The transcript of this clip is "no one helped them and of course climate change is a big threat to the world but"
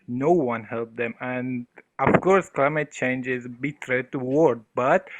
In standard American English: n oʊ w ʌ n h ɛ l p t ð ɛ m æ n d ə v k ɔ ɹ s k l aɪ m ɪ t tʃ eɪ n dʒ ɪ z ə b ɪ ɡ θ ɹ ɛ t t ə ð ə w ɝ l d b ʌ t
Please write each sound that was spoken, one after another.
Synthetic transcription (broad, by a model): n oʊ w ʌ n h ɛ l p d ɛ m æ n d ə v k ɔ ɹ s k l aɪ m ɪ t tʃ eɪ n dʒ ɪ z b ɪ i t t ə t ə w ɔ d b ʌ t